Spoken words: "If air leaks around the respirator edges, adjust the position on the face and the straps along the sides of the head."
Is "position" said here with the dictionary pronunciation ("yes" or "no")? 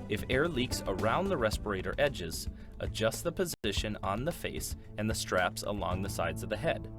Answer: yes